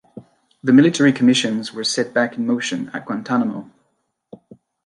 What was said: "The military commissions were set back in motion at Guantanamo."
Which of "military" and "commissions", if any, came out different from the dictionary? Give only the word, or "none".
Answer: none